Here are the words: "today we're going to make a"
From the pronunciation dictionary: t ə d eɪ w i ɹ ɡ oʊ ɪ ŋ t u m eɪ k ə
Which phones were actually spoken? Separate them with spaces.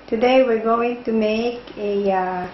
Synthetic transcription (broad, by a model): t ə d eɪ w i ɹ ɡ oʊ ɪ ŋ t u m eɪ k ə